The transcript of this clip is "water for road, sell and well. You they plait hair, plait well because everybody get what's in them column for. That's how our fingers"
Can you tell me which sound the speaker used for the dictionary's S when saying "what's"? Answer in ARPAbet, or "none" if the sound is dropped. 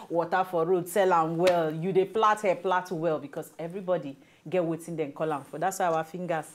none